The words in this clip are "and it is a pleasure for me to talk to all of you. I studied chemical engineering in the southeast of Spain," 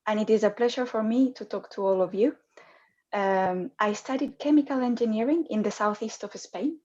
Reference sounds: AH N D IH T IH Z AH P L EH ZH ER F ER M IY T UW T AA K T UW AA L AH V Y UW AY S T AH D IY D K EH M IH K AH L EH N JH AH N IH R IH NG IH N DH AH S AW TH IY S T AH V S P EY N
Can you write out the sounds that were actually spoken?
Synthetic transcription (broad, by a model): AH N IH T IH Z AH P L EH ZH ER F ER M IY T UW T AA K T UW AA L AH V Y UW AY S T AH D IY D K EH M IH K AH L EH N JH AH N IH R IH NG IH N DH AH S AW TH IY S T AH V S P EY N